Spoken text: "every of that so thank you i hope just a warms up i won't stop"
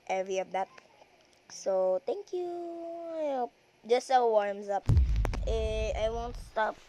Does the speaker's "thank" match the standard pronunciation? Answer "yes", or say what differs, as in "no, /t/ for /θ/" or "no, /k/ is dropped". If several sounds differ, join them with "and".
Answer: no, /t/ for /θ/